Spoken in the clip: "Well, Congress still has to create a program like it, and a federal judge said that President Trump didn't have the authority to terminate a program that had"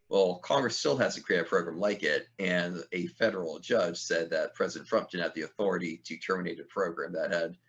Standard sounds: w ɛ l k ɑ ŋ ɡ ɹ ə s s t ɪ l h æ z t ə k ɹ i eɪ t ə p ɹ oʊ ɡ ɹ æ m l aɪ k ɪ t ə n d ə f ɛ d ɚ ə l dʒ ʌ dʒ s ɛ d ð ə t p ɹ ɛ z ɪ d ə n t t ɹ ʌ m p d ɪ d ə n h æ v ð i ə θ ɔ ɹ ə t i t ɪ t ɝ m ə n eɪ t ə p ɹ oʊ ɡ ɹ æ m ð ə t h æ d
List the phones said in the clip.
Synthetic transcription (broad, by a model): w ɛ l k ɑ ŋ ɡ ɹ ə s s t ɪ l h æ z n k ɹ i eɪ t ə p ɹ oʊ ɡ ɹ æ m l aɪ k ɪ t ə n ə f ɛ d ɚ l dʒ ʌ dʒ s ɛ d ð ə t p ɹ ɛ z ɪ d n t t ɹ ʌ m p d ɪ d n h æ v ð i ə θ ɔ ɹ ə t i t ɪ t ɝ m ə n eɪ t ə p ɹ oʊ ɡ ɹ æ m ð ə t h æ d